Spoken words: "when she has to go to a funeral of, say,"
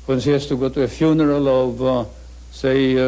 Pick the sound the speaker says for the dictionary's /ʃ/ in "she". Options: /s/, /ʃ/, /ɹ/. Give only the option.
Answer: /s/